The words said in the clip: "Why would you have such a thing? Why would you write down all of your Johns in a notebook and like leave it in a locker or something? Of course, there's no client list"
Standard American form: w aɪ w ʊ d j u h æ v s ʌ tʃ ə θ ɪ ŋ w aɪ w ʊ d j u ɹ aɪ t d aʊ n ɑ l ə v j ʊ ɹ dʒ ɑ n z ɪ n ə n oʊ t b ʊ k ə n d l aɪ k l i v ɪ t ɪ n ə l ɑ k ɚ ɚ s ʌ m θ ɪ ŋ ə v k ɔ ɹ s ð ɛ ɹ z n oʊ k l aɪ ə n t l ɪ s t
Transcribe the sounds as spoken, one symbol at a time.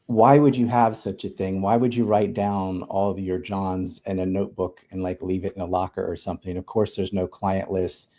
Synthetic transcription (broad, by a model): w aɪ w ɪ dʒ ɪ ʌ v s ʌ tʃ ə θ ɪ ŋ w aɪ w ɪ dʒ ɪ ɹ aɪ t d aʊ n ɑ l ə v j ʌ ɹ dʒ ɑ n z ɪ n ə n oʊ t b ʊ k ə n l aɪ k l i v ɪ t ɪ n ə l ɑ k ɚ ɚ s ʌ m θ ɪ ŋ ə v k ɔ ɹ s ð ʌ ɹ z n oʊ k l aɪ ə n t l ɪ s t